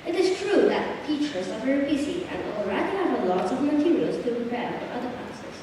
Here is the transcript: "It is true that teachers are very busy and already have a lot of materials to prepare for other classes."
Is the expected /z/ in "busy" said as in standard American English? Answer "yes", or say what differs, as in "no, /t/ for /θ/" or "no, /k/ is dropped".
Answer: no, /s/ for /z/